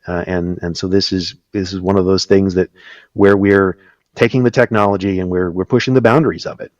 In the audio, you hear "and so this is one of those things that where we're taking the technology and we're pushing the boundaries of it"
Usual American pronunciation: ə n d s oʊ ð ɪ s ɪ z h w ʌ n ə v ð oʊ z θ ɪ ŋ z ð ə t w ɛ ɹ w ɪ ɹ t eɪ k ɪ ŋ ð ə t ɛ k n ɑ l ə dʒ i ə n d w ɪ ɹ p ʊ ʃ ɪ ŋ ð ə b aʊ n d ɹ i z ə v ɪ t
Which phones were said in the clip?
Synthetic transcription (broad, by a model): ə n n s oʊ ð ɪ s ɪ z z w ʌ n ə v ð oʊ z θ ɪ ŋ z ð ə t w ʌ ɹ w ɪ ɹ t eɪ k ɪ ŋ ð ə t ɛ k n ɑ l ə dʒ i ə n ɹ w ɪ ɹ p ʊ ʃ ɪ ŋ ð ə b aʊ n d ɹ i z ə v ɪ t